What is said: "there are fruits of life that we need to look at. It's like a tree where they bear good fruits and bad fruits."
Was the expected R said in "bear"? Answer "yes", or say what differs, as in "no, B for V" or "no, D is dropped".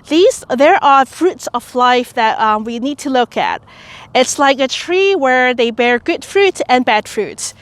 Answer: yes